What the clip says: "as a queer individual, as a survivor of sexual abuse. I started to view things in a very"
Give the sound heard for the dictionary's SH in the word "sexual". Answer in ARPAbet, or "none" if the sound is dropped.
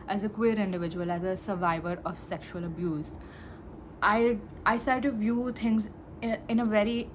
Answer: SH